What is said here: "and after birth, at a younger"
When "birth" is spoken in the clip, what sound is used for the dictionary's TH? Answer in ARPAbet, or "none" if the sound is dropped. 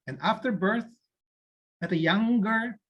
TH